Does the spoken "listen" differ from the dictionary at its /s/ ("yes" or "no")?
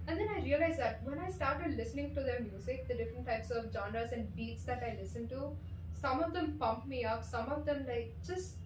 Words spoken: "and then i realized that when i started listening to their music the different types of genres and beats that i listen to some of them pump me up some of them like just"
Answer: no